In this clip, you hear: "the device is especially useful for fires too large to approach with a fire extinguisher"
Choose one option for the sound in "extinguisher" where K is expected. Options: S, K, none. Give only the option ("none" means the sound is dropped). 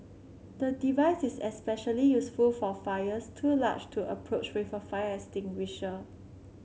none